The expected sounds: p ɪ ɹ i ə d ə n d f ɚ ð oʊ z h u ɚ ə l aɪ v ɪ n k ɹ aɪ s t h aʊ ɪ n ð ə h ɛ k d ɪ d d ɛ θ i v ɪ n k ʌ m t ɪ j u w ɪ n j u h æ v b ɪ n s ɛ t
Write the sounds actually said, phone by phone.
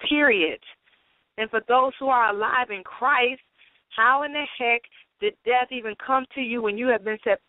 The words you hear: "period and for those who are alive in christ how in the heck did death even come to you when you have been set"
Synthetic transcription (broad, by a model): ɪ ɹ i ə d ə n f ɚ ð oʊ z h u ɚ ə l aɪ v ɪ n k ɹ aɪ s t h aʊ ɪ n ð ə h ɛ k d ɪ d d ɛ θ i v ɪ n k ʌ m t ɪ j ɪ w ɪ n j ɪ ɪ v b ɪ n s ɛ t